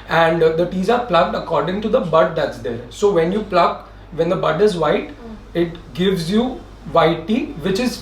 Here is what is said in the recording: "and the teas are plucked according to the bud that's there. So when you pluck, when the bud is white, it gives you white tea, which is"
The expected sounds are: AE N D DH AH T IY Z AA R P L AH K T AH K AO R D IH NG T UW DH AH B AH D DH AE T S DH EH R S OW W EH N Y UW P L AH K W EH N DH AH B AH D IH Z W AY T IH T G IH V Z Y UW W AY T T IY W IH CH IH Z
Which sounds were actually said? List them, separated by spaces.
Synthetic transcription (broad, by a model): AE N D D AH T IY Z AA R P L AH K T AH K AO R D IH NG T UW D AH B AH D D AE T S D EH R S OW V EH N Y UW P L AH K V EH N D AH B AH D IH Z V AY T IH T G IH V Z Y UW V AY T T IY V IH CH IH Z